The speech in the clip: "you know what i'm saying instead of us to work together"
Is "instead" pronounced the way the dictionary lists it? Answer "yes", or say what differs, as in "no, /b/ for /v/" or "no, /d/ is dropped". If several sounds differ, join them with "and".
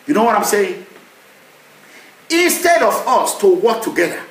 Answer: yes